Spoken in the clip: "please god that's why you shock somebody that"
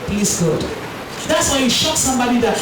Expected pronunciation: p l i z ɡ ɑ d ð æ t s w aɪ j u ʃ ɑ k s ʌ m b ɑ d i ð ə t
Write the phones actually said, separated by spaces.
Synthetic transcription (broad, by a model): p l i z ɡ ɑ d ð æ t s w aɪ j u ʃ ɑ k s ʌ m b ɑ d i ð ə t